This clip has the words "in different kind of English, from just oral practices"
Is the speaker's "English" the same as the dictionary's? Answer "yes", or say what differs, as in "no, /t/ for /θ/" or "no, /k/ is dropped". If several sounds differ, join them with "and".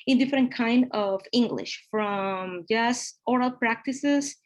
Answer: yes